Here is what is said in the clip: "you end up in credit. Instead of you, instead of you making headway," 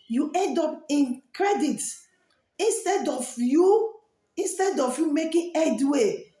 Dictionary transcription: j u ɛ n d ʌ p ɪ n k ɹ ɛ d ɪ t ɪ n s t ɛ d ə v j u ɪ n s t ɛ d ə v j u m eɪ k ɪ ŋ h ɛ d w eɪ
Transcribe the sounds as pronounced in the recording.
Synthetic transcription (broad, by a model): j u ɛ n d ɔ p ɪ n k ɹ ɛ d ɪ t ɪ n s t ɛ d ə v j u ɪ n s t ɛ d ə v j u m eɪ k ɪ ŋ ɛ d w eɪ